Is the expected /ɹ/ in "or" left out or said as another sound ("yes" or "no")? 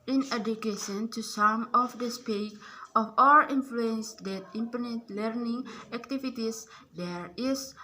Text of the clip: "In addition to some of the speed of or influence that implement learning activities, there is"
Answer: yes